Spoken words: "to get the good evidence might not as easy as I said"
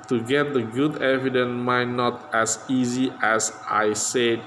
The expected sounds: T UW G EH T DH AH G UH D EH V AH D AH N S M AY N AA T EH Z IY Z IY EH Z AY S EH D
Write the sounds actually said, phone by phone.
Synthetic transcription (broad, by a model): T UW G EH T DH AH G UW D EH V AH D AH N M AY N AA T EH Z IY Z IY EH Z AY S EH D